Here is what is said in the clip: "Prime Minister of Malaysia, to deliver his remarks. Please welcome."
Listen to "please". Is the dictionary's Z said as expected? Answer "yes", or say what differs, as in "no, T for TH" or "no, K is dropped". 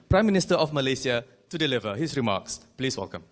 no, S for Z